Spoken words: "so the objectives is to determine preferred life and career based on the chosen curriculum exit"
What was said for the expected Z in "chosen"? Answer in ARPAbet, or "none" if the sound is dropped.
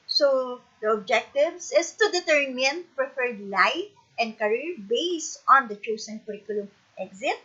S